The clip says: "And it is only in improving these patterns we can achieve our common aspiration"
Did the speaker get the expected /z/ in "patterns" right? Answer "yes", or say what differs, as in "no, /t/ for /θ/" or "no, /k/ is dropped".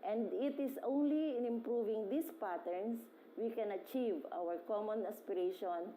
no, /s/ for /z/